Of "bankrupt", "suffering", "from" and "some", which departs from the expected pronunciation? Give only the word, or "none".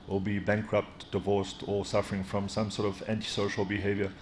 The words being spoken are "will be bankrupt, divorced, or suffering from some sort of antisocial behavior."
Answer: none